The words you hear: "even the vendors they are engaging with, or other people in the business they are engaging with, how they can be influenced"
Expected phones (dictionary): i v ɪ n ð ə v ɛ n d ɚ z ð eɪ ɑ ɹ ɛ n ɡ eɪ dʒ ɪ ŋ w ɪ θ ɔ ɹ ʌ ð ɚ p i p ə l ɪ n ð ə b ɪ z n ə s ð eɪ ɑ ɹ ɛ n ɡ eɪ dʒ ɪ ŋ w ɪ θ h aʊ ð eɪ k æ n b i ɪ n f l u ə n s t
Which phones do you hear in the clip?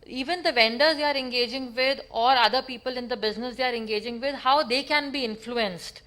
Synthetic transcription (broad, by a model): i v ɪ n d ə v ɛ n d ɚ z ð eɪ ɑ ɹ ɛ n ɡ eɪ dʒ ɪ ŋ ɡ ɪ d ɔ ɹ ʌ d ɚ p i p ə l ɪ n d ə b ɪ z n ə s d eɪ ɑ ɹ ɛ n ɡ eɪ dʒ ɪ ŋ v ɪ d h aʊ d eɪ k æ n b i ɪ n f l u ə n s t